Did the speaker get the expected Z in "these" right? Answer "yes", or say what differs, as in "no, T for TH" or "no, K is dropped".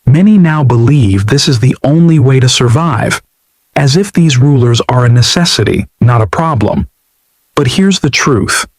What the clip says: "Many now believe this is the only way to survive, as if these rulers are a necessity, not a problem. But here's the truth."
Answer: yes